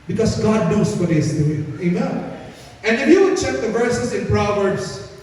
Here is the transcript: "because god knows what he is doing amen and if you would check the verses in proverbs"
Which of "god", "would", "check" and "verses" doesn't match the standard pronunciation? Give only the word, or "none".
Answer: verses